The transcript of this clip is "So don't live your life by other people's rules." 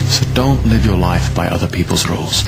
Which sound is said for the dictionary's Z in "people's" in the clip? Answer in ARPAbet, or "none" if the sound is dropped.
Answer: Z